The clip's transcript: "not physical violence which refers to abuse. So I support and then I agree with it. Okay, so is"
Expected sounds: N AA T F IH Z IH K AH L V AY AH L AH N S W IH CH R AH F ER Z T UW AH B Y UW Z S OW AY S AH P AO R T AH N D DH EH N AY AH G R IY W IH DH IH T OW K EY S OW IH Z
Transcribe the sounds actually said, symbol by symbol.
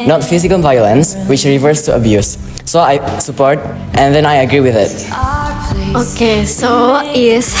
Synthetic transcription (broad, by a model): N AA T F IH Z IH K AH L V AY AH L AH N S W IH CH R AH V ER S T UW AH B Y UW S OW AY S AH P AO R T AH N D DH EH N AY AH G R IY W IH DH IH T OW K EY S OW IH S